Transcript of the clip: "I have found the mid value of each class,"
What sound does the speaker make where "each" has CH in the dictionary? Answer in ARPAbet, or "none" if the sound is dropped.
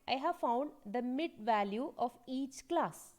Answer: CH